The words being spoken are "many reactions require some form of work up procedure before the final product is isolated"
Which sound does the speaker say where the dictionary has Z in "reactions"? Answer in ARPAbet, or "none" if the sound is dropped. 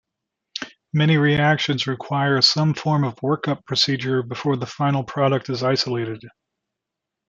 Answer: Z